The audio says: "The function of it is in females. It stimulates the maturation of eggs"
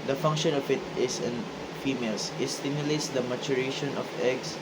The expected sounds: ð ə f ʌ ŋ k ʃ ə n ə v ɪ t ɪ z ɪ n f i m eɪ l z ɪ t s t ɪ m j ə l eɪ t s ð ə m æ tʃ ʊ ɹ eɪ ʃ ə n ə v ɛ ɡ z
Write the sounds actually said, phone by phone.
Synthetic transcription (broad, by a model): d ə f ʌ ŋ k ʃ ə n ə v ɪ t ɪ s ɪ n f i m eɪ l s ɪ t s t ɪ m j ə l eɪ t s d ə m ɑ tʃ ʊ ɹ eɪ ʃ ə n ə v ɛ ɡ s